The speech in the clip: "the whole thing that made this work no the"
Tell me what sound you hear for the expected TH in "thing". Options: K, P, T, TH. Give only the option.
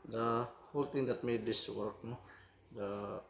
T